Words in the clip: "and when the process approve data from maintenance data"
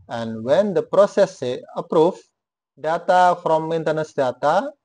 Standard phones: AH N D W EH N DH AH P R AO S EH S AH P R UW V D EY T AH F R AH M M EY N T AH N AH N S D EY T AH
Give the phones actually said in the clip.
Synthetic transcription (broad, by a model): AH N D W EH N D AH P R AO S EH S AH P R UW F D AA T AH F R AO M M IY N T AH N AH S D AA T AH